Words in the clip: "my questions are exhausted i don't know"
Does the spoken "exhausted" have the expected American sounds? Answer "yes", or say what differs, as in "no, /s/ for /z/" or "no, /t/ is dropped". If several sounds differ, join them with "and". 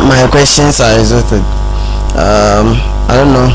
no, /s/ is dropped